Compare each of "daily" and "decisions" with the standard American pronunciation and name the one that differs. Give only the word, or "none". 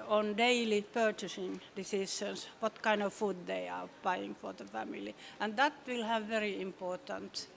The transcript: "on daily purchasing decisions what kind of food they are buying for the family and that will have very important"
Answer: decisions